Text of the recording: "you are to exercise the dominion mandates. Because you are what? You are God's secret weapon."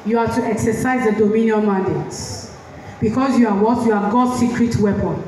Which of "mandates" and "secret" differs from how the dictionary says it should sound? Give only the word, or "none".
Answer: mandates